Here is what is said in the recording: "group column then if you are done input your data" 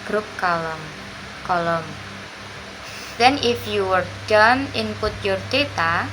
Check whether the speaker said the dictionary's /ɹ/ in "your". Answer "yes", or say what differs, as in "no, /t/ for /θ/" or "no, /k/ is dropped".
yes